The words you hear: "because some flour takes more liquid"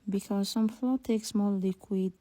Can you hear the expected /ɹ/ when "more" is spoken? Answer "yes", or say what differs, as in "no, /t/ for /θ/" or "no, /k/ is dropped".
no, /l/ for /ɹ/